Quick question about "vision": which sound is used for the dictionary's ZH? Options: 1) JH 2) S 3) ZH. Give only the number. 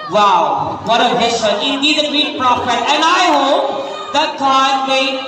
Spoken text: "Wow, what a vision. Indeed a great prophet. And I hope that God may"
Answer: 2